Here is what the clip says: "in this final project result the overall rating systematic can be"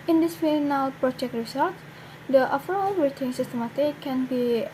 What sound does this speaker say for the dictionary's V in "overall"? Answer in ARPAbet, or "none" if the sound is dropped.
F